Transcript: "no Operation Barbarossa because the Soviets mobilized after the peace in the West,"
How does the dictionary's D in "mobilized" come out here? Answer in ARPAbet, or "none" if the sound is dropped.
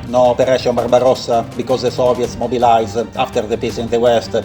none